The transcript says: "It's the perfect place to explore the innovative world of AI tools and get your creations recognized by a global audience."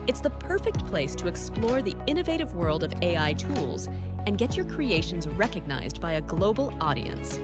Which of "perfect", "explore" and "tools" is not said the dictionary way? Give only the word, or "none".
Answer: none